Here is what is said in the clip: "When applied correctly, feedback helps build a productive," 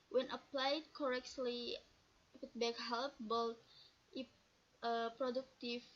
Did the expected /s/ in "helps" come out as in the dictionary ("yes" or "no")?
no